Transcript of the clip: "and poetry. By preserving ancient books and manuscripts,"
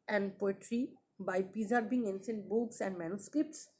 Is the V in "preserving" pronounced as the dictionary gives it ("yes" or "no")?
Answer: no